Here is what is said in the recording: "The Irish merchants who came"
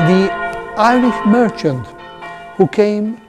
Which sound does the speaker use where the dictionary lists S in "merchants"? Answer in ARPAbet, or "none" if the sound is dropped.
none